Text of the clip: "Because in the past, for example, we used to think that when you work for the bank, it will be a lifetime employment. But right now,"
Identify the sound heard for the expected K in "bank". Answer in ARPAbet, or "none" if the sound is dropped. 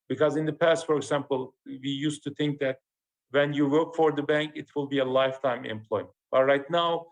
K